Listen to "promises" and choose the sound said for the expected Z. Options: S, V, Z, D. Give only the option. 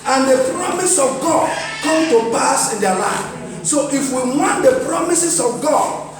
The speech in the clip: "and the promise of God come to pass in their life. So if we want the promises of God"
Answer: S